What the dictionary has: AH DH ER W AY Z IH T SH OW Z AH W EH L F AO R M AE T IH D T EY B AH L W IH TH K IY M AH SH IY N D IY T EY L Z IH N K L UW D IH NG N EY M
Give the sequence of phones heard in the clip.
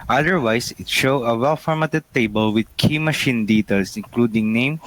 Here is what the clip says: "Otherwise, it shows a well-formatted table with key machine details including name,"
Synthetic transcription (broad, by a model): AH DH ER W AY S IH T SH OW AH W EH L F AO R M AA T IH D T EY B AH L W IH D K IY M AH SH IY N D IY T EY L S IH N K L UW D IH NG N EY M